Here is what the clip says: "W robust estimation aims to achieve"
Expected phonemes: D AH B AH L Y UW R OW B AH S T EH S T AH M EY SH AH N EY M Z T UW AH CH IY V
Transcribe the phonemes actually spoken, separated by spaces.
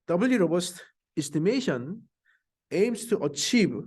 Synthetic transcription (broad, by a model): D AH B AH L Y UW R OW B AH S T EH S T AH M EY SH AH N EY M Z T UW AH CH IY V